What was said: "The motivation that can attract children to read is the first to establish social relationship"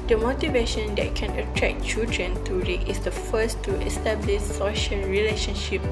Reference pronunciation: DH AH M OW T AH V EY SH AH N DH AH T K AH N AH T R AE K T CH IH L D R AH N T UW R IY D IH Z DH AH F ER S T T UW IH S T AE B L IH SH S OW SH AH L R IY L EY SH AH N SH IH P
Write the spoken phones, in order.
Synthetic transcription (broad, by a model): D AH M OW T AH V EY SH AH N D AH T K AH N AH T R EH K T CH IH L D R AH N T UW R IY IH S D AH F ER S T T UW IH S T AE B L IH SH S OW SH AH L R IY L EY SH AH N SH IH P